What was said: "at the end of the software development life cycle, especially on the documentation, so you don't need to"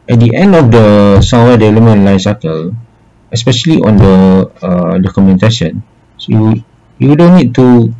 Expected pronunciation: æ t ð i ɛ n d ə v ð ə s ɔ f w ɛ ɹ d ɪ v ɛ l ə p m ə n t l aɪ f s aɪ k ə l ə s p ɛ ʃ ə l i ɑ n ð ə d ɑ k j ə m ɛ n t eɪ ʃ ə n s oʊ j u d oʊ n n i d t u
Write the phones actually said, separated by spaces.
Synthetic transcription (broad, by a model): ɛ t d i ɛ n d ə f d ə s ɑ w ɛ d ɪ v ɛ l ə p m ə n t l aɪ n s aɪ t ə l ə s p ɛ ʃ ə l i ɑ n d ə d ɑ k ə m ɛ n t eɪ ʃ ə n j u j u d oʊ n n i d t u